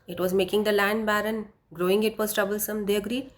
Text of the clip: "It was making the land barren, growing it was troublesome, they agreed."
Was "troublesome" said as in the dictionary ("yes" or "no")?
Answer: yes